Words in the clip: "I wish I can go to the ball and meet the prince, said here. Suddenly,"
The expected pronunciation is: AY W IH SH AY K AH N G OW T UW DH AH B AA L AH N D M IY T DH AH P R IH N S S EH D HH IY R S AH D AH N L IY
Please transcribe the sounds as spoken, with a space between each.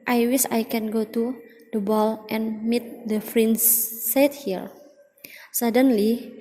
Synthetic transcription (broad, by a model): AY W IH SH AY K AH N G OW T UW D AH B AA L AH N M IY T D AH F R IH N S S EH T HH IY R S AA D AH N L IY